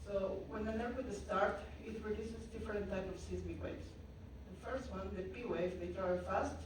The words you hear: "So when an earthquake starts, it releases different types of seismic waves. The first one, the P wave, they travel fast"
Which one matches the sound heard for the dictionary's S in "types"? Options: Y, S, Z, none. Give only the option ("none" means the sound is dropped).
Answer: none